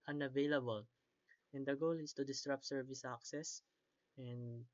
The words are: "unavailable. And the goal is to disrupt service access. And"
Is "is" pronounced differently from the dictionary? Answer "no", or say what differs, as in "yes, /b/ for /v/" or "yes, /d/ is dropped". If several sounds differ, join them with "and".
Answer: yes, /s/ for /z/